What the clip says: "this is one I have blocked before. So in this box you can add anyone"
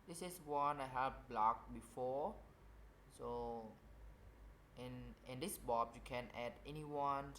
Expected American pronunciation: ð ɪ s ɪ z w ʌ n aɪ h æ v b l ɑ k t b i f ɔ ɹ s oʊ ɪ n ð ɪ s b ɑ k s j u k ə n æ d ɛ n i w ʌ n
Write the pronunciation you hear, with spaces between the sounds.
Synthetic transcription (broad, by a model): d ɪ s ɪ s w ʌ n aɪ h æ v b l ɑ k b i f ɔ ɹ s oʊ ɪ n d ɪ s b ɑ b j u k ə n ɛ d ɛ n i w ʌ n